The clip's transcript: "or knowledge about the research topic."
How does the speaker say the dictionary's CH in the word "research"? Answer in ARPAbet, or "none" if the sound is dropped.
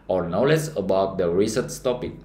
S